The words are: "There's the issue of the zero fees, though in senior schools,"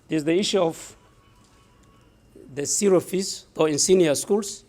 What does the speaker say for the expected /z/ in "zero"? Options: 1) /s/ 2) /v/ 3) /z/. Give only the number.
1